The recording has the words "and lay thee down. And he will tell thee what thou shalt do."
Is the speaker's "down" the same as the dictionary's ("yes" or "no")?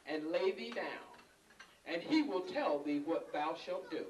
yes